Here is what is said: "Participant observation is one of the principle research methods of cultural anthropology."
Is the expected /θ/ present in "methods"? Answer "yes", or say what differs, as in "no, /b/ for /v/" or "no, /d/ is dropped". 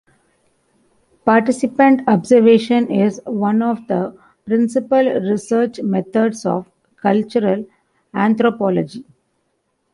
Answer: no, /t/ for /θ/